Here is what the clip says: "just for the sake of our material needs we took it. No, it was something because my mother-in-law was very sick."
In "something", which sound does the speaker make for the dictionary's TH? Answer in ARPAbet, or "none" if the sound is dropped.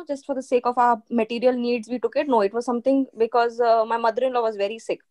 T